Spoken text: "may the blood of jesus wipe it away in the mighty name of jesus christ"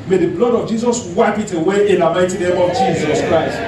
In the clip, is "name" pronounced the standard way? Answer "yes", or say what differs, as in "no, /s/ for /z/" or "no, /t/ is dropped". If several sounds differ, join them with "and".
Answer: no, /m/ is dropped